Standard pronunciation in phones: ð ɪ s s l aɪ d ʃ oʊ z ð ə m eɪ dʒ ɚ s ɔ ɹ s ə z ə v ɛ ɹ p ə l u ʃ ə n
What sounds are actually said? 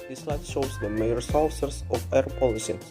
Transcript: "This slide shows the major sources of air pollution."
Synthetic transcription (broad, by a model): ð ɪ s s l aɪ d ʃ oʊ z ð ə m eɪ ɚ s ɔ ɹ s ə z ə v ɛ ɹ p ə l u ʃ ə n